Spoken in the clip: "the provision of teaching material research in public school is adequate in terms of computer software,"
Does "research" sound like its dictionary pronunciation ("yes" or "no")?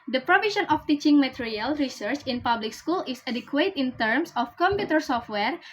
yes